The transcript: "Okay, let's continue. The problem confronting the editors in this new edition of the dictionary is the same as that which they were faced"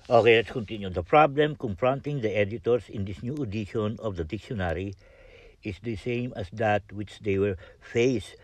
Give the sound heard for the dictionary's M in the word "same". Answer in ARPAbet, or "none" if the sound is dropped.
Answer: M